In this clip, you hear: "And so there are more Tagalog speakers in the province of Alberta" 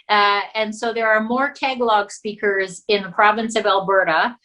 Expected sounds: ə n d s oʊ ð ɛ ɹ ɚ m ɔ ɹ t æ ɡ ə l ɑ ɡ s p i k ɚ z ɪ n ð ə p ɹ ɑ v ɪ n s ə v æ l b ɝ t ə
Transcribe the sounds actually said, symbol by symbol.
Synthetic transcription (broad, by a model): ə n s oʊ ð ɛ ɹ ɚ m ɔ ɹ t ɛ ɡ l ɑ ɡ s p i k ɚ z ɪ n ð ə p ɹ ɑ v ɪ n s ə v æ l b ɝ t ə